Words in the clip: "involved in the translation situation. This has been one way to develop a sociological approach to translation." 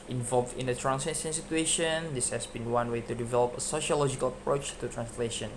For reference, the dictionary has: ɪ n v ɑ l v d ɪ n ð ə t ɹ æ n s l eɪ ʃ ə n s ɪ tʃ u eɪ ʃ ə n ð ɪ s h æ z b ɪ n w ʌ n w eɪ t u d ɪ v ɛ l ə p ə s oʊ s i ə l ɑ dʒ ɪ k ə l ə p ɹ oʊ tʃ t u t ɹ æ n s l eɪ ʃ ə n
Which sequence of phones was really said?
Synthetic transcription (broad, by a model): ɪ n v ɑ l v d ɪ n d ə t ɹ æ n s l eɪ s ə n s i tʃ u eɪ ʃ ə n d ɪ s h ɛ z b ɪ n w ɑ n w eɪ t u d ɪ v ɛ l ə p ə s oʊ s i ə l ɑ dʒ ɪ k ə l ə p ɹ oʊ tʃ t u t ɹ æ n s l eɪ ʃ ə n